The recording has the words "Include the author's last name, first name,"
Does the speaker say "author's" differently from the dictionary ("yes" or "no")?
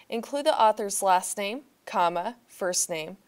no